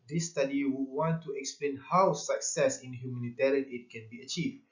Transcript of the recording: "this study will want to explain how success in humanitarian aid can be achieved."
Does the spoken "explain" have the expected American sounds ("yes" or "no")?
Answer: yes